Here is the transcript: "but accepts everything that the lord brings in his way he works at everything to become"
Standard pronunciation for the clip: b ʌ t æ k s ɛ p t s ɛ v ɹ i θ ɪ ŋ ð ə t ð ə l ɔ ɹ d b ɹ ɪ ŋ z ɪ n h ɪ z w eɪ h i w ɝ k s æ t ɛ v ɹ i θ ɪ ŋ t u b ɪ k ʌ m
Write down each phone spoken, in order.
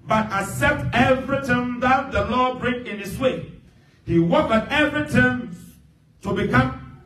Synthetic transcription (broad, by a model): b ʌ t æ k s ɛ p t ɛ v ɹ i t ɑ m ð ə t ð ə l ɔ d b ɹ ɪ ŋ ɪ n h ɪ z w eɪ h i w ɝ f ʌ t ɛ v ɹ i t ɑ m t u b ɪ k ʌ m